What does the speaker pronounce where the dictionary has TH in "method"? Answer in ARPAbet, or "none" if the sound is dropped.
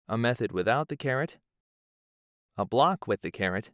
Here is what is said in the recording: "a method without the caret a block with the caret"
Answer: TH